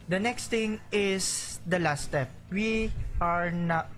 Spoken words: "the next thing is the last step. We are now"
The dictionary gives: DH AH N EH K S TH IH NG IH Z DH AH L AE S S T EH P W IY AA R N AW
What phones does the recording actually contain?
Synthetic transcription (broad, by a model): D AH N EH K S T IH NG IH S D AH L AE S S T EH P W IY AA R N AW